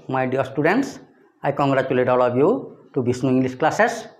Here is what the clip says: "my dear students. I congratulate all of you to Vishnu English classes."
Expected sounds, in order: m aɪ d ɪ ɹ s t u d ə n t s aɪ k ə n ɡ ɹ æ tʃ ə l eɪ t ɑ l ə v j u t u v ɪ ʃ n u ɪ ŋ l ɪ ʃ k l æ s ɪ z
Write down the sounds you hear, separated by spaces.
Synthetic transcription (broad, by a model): m aɪ d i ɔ s t u d ə n t s aɪ k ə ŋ ɡ ɹ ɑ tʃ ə l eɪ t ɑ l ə b j u t u b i s n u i l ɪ s k l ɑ s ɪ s